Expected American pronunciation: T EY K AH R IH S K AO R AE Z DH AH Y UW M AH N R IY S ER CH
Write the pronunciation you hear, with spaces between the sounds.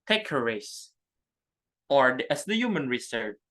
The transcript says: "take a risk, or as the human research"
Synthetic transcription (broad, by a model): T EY K AH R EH S AO R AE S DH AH Y UW M AH N R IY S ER